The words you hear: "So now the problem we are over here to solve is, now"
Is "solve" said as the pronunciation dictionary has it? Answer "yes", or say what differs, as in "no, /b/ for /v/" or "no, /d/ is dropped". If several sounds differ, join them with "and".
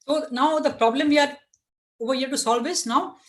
yes